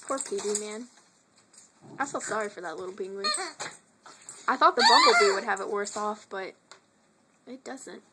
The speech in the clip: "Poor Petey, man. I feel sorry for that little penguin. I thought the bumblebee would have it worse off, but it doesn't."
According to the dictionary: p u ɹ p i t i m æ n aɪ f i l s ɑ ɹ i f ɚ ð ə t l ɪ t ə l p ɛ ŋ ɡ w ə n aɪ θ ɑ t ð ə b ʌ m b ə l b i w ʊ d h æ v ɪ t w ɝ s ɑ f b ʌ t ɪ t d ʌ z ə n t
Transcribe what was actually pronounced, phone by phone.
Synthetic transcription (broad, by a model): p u ɹ p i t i m æ n aɪ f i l s ɑ ɹ i f ɚ ð ə t l ɪ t l b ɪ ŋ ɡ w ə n aɪ θ ɑ t ð ə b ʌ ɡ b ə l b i w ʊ d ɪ v ɪ t w ɝ s ɑ f b ʌ t ɪ t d ʌ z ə n t